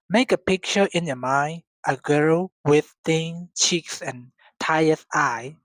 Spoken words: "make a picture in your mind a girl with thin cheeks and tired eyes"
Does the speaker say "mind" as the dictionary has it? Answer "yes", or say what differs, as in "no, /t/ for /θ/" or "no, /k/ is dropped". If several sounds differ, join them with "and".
no, /d/ is dropped